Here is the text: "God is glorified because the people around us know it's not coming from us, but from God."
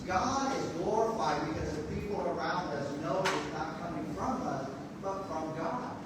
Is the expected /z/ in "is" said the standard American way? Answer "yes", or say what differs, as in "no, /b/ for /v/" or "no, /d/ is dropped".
yes